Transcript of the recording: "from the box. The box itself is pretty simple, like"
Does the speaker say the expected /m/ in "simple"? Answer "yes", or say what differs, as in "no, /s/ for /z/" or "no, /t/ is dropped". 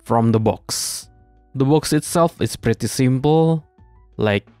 yes